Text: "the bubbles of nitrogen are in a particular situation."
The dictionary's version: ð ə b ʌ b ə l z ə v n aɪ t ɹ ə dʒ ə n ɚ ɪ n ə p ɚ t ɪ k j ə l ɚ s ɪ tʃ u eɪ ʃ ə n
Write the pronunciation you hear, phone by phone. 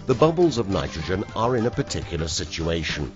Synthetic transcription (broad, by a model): ð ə b ʌ b ə l z ə v n aɪ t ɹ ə dʒ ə n ɚ ɪ n ə p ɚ t ɪ k j l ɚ s ɪ tʃ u eɪ ʃ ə n